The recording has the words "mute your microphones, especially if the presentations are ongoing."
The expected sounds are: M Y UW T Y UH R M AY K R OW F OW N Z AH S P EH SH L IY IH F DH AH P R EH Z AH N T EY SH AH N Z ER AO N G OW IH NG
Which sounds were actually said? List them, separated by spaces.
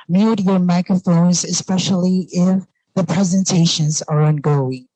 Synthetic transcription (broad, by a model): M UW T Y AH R M AY K R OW F OW N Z AH S P EH SH L IY IH F DH AH P R EH Z AH N T EY SH AH N Z ER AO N G OW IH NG